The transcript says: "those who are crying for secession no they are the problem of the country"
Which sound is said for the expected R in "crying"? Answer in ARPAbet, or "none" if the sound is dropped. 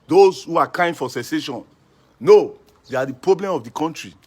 none